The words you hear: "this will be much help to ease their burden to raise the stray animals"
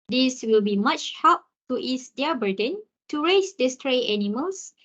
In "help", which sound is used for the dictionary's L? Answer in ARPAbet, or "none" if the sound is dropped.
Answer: none